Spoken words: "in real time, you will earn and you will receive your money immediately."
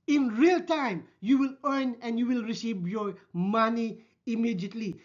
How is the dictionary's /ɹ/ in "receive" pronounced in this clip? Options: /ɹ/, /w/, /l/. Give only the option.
/ɹ/